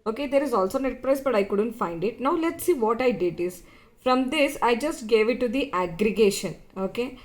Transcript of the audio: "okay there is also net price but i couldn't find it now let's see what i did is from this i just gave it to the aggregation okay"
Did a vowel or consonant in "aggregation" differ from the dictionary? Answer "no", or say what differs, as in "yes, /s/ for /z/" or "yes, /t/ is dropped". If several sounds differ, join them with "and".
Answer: no